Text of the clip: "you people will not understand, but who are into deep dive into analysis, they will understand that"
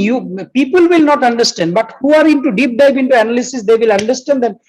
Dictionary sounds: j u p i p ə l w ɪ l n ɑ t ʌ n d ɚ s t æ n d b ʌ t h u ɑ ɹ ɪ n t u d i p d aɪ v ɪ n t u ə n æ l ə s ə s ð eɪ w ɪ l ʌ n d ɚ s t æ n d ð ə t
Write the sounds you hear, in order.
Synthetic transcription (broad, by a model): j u p i p ə l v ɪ l n ɑ t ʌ n d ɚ s t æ n d b ʌ t h u ɑ ɹ ɪ n t u d i p d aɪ p ɪ n t u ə n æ l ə s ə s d eɪ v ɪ l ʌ n d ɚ s t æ n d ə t